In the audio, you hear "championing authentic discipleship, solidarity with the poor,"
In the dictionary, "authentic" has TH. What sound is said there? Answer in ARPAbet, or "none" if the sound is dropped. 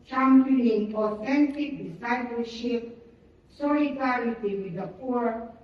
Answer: F